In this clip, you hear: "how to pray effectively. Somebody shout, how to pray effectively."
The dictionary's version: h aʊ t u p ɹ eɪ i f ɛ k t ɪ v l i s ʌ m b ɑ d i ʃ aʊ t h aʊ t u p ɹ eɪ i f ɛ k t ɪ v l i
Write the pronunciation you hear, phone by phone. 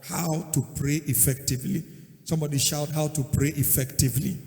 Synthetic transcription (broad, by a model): h aʊ t u p ɹ eɪ i f ɛ k t ɪ v l i s ʌ m b ɑ d i ʃ aʊ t h aʊ t u p ɹ eɪ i f ɛ k t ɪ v l i